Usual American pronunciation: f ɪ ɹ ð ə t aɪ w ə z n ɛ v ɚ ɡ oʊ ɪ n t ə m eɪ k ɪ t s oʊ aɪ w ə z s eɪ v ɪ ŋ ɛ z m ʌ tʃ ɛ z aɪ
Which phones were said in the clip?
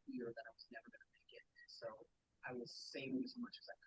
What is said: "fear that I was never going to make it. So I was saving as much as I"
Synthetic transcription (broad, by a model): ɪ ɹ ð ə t aɪ w ə z n ɛ v ɚ ɡ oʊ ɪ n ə m eɪ k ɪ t s oʊ aɪ w ə z s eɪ ɪ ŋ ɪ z m ʌ tʃ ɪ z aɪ